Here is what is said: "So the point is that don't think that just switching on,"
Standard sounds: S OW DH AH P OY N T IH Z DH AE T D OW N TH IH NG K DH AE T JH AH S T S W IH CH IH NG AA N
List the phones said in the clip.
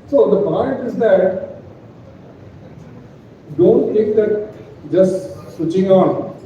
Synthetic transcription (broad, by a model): S OW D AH P OY N T IH Z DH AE T D OW N T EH K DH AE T JH AH S T S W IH CH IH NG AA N